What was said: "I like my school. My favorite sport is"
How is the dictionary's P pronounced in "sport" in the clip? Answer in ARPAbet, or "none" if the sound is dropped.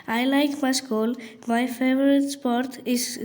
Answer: P